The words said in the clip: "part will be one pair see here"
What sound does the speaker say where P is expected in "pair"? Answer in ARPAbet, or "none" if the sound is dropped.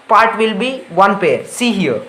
P